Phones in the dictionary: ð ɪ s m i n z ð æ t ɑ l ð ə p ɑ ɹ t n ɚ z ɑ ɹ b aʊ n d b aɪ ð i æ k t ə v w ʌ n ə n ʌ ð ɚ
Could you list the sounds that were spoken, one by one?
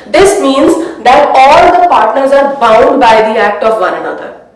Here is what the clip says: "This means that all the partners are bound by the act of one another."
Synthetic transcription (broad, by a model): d ɪ s m i n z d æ t ɑ l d ə p ɑ ɹ t n ɚ z ɑ ɹ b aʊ n d b aɪ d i æ k t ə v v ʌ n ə n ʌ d ɚ